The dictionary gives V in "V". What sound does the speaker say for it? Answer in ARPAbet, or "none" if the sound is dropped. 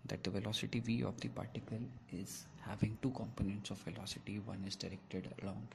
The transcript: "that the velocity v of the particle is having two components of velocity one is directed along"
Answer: V